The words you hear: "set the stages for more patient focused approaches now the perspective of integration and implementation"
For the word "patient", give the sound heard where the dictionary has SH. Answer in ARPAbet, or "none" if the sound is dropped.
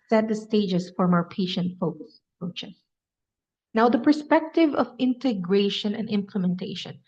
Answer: SH